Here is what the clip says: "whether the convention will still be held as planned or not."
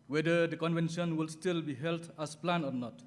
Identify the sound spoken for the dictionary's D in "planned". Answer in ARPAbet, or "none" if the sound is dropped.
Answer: none